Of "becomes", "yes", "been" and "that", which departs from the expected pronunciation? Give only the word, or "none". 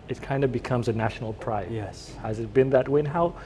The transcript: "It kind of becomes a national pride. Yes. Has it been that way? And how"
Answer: none